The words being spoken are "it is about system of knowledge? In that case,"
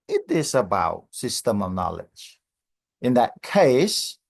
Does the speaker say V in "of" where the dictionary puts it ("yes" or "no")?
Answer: yes